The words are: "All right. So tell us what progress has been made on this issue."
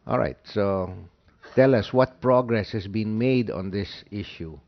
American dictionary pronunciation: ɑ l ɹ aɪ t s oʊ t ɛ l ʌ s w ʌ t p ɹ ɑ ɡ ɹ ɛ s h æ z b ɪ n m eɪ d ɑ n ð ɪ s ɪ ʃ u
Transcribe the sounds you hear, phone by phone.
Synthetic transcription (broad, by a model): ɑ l ɹ aɪ t s oʊ t ɛ l ʌ s w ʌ t p ɹ ɑ ɡ ɹ ɛ s h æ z b ɪ n m eɪ d ɑ n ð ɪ s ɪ ʃ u